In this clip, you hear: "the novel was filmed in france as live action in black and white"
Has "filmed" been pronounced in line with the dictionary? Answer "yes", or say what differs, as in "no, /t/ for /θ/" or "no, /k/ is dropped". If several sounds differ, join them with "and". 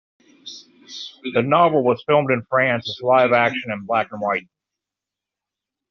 yes